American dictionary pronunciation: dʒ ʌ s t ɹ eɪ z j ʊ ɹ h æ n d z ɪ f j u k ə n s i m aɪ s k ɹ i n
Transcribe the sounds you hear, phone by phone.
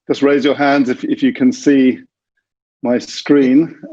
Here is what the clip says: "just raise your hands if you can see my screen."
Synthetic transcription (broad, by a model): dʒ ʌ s t ɹ eɪ z j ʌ h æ n d z ɪ f j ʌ k ə n s i m aɪ s k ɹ i n